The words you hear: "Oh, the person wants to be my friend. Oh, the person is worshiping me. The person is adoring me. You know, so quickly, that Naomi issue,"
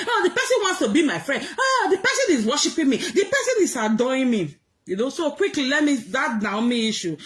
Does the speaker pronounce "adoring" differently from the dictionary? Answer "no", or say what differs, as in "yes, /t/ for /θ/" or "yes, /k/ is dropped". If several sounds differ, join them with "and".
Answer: yes, /ɹ/ is dropped